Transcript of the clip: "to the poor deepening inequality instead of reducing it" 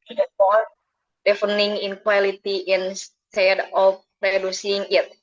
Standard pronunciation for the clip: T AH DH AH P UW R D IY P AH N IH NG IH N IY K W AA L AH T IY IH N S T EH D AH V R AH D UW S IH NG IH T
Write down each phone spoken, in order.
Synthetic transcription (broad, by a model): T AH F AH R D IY F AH N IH NG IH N K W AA L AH T IY IH N S T EH D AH F R AH D UW S IH NG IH T